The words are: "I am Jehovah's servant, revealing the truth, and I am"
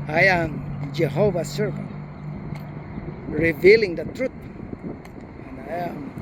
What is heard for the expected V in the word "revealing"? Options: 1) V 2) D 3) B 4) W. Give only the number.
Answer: 1